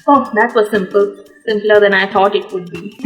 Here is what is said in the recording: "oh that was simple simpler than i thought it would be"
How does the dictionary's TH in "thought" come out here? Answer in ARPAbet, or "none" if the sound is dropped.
T